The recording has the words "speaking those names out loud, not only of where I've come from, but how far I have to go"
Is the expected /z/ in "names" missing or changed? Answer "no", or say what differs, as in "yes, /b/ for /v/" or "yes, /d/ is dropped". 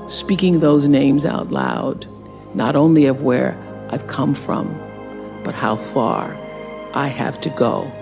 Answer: no